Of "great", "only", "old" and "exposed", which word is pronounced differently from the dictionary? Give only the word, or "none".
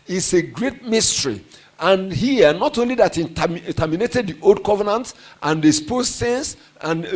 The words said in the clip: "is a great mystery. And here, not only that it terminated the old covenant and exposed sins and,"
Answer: exposed